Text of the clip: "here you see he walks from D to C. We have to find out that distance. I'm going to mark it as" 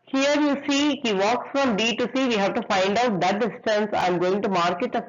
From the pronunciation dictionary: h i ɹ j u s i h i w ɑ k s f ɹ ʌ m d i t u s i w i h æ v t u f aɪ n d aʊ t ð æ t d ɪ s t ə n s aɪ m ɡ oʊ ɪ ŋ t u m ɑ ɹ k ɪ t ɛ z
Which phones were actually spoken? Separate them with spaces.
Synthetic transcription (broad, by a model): h i ɹ j u s i h i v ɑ k s f ɹ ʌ m d i t u s i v i h æ v t u f aɪ n d aʊ t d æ t d ɪ s t ə n s aɪ m ɡ oʊ ɪ ŋ t u m ɑ ɹ k ɪ t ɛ